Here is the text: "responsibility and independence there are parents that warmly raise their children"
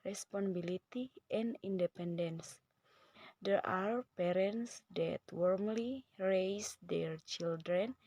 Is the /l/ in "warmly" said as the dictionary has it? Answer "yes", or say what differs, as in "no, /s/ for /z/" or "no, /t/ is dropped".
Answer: yes